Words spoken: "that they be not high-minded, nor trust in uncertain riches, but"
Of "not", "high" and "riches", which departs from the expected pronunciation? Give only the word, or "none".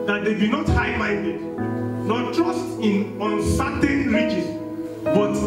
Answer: riches